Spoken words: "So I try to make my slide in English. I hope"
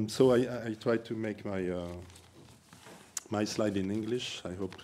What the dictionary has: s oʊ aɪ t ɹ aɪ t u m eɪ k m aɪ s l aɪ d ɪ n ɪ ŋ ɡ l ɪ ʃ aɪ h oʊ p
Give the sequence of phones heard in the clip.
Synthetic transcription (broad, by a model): s oʊ aɪ t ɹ aɪ t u m eɪ k m aɪ s l aɪ d ɪ n ɪ ŋ ɡ l ɪ ʃ aɪ h oʊ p